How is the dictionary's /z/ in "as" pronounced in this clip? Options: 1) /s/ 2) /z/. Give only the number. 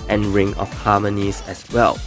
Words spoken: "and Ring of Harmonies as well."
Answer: 1